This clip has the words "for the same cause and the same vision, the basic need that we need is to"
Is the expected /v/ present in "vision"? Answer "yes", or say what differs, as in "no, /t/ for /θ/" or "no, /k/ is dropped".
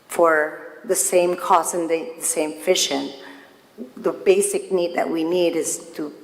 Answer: no, /f/ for /v/